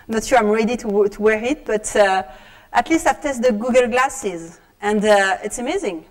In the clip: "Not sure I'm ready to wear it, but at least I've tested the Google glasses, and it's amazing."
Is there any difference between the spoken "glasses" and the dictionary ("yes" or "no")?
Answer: no